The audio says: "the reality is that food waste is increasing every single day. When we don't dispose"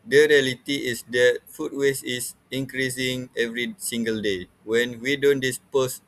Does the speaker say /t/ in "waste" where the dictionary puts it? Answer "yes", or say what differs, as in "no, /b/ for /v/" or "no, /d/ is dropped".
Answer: no, /t/ is dropped